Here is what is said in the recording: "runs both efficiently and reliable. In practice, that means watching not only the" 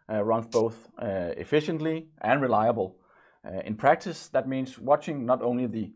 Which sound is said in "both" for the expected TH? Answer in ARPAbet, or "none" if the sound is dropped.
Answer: TH